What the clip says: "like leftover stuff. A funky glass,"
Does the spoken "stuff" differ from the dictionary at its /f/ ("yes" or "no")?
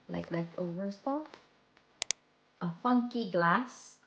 yes